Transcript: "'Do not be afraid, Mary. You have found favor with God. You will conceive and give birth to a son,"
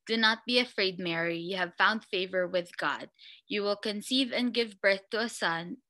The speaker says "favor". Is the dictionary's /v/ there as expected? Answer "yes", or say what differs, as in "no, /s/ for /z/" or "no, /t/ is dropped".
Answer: yes